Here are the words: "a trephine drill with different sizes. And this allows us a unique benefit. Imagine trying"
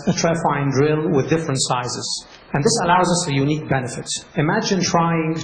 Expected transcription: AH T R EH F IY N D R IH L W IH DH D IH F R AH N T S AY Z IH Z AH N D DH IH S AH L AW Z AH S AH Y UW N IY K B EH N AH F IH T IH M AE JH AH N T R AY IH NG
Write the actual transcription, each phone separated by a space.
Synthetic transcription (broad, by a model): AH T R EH F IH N D R IH L W IH DH D IH F R AH N T S AY Z IH Z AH N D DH IH S AH L AW Z AH S AH Y UW N IY K B EH N AH F IH T IH M AE JH AH N T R AY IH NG